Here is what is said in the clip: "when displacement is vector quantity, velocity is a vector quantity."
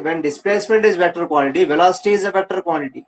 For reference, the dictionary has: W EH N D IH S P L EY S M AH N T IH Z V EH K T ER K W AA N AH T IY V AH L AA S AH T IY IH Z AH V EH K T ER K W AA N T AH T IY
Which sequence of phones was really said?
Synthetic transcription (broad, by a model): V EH N D IH S P L EY S M AH N T IH Z B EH T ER K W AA L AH T IY V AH L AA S T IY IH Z AH B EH T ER K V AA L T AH T IY